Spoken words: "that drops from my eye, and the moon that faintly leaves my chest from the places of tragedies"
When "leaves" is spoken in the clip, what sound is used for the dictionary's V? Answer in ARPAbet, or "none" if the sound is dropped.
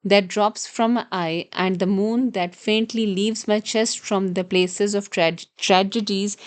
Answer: V